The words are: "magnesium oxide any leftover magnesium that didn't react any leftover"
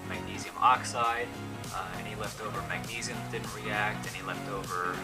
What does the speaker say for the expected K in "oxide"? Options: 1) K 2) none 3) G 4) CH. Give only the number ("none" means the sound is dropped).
1